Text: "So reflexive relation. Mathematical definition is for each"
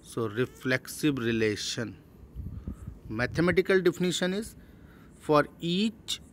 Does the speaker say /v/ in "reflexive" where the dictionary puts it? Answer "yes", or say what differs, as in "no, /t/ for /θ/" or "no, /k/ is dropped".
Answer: no, /b/ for /v/